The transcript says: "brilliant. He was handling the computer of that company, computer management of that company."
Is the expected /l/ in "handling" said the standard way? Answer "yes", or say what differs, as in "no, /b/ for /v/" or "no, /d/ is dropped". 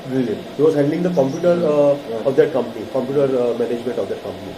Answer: no, /l/ is dropped